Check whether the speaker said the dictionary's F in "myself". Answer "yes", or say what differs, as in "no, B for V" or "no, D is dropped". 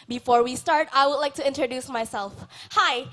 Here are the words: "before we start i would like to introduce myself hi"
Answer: yes